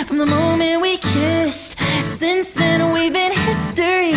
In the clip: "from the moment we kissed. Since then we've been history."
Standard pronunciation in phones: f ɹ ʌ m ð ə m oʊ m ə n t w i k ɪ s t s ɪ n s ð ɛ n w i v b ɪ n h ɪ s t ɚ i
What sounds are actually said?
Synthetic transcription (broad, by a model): f ɹ ʌ m ð ə m oʊ m ə n t w i k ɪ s t s ɪ n s ð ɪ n w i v b ɪ n h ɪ s t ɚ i